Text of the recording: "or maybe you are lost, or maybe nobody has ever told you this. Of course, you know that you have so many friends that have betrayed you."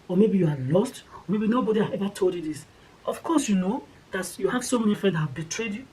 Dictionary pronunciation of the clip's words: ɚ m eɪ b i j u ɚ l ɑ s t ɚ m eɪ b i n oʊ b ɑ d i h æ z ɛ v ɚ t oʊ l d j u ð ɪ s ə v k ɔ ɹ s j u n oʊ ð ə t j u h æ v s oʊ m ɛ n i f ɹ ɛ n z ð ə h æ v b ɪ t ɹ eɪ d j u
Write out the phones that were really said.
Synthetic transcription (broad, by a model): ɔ m eɪ b i j u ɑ l ɑ s t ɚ m eɪ b i n oʊ b ɑ d i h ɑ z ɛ v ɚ t oʊ l d j u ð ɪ s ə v k ɔ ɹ s j u n oʊ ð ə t j u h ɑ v s oʊ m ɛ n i f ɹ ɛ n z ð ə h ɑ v b ɪ t ɹ eɪ d j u